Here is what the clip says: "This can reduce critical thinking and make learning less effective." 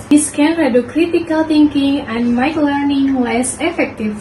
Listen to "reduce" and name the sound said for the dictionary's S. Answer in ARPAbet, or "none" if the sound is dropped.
none